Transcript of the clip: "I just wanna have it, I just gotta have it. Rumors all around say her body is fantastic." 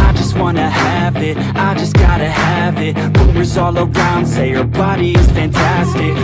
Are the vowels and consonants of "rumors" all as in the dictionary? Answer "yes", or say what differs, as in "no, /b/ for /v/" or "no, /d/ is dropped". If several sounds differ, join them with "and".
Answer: no, /w/ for /ɹ/